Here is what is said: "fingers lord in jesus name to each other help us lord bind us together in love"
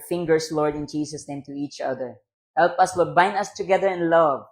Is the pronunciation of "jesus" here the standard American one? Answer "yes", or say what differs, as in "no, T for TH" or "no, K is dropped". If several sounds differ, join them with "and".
no, S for Z